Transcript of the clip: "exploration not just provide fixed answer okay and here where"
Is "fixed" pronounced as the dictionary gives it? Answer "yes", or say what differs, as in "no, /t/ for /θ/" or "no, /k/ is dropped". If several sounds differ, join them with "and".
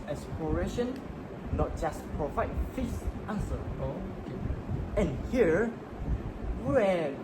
no, /k/ is dropped